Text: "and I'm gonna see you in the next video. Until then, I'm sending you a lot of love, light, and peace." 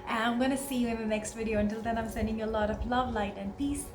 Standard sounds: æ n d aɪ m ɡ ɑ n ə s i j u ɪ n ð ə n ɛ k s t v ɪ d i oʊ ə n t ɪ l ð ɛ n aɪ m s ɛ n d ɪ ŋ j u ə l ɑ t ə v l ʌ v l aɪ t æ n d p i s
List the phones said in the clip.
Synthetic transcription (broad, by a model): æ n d aɪ m ɡ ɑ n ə s i j u ɪ n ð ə n ɛ k s t v ɪ d i oʊ ə n t ɪ l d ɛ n aɪ m s ɛ n d ɪ ŋ j u ə l ɑ t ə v l ʌ v l aɪ t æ n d p i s